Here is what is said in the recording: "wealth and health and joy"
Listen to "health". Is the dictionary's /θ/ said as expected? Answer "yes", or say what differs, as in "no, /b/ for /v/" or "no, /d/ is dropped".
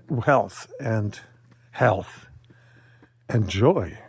yes